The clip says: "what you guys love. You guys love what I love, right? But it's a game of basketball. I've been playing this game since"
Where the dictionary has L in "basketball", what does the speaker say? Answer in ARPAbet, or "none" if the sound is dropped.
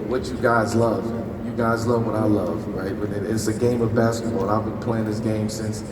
N